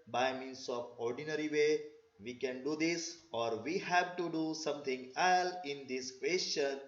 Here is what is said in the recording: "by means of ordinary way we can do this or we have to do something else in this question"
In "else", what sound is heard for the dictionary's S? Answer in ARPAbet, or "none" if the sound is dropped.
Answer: none